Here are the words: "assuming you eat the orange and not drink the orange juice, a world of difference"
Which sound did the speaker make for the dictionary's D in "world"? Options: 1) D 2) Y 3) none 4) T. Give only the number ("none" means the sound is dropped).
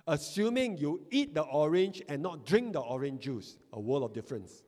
3